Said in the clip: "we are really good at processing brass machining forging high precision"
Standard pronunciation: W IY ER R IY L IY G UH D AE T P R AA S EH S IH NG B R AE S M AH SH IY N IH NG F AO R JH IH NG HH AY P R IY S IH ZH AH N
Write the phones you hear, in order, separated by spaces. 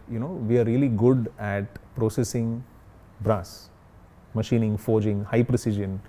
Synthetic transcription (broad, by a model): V IY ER R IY L IY G UH D AE T P R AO S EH S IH NG B R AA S M AH SH IY N IH NG F AO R JH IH NG HH AY P R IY S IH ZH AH N